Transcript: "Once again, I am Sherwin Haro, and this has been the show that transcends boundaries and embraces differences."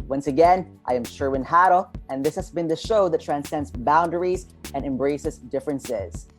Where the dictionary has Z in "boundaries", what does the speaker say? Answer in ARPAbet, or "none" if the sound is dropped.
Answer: Z